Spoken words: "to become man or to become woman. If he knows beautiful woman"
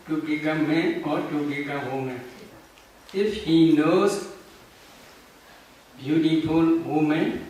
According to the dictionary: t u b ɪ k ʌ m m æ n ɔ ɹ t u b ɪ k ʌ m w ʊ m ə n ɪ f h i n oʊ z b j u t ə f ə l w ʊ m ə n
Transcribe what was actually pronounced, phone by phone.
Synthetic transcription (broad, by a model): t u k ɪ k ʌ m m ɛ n ɔ ɹ t u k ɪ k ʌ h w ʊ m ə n ɪ f h i n oʊ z b j u t ə f ə l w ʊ m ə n